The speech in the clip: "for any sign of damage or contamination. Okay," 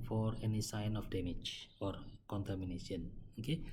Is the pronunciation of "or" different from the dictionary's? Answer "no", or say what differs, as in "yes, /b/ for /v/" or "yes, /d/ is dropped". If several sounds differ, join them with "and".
no